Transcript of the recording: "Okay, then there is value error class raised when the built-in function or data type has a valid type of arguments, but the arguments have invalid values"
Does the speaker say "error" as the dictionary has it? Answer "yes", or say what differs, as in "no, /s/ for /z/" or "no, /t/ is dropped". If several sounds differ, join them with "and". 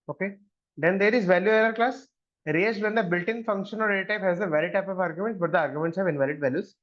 no, /l/ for /ɹ/